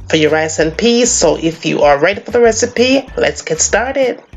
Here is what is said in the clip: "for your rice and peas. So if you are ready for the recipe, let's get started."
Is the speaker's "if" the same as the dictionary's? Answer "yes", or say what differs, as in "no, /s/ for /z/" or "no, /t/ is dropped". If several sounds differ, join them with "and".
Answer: yes